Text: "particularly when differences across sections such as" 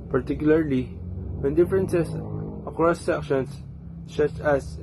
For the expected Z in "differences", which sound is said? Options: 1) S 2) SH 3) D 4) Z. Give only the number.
1